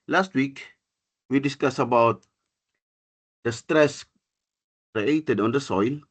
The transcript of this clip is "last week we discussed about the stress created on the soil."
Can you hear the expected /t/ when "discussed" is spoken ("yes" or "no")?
no